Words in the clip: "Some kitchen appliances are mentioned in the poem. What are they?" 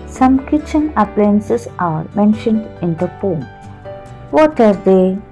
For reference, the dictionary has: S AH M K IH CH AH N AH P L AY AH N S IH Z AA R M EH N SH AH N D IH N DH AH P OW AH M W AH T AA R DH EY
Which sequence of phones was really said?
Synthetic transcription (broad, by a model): S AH M K IH CH AH N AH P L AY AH N S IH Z AA R M EH N SH AH N D IH N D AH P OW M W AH T AA R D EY